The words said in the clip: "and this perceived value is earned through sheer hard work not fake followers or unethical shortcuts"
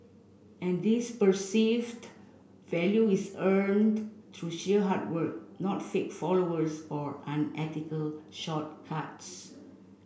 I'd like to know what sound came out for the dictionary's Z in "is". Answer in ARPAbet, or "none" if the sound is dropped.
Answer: S